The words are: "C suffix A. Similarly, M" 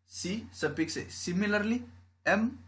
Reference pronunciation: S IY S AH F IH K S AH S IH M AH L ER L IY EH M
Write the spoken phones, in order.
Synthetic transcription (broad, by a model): S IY S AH P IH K S AH S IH M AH L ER L IY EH M